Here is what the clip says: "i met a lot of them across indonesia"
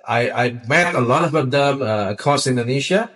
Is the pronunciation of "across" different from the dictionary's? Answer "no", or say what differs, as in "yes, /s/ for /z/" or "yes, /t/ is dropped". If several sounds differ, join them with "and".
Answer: yes, /ɹ/ is dropped